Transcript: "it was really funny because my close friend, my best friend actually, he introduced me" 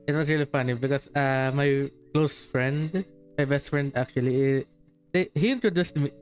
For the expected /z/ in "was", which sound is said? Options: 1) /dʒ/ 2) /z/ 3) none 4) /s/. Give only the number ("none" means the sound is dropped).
4